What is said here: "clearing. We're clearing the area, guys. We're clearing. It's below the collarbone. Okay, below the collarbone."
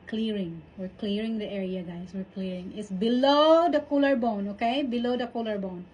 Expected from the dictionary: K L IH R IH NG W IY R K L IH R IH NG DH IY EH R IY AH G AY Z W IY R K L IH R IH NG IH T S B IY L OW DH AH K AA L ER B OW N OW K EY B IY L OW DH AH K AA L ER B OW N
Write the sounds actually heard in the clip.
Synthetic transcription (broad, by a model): K L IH R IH NG W IY R K L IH R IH NG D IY EH R IY AH G AY S W IY R K L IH R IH NG IH T S B IY L OW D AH K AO L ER B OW N OW K EY B IY L OW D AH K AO L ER B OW N